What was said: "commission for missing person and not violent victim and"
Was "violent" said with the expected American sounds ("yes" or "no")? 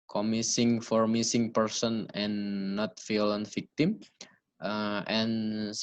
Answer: no